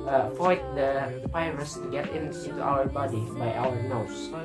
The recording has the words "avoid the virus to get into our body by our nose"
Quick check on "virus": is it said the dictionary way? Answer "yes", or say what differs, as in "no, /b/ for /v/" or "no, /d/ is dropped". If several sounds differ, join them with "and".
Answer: no, /p/ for /v/